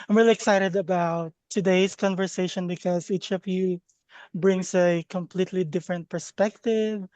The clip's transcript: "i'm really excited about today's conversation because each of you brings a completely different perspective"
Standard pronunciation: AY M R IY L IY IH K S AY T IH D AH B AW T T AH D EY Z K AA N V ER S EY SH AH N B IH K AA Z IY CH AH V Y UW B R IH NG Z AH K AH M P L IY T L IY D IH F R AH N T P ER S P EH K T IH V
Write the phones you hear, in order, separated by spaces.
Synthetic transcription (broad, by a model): AY M R IY L IY IH K S AY T IH D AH B AW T T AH D EY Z K AA N V ER S EY SH AH N B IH K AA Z IY CH AH V Y UW B R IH NG S AH K AH M P L IY T L IY D IH F R AH N T P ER S P EH K T IH V